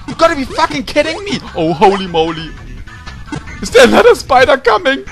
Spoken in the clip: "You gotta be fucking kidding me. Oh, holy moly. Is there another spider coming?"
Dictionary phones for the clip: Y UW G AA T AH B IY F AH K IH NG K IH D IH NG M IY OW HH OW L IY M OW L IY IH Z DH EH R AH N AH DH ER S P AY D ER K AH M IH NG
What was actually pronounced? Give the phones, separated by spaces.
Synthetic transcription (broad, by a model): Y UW G AA T AH B IY F AH K IH NG K IH D IH NG M IY OW HH OW L IY M OW L IY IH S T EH L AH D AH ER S P AY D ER K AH M IH NG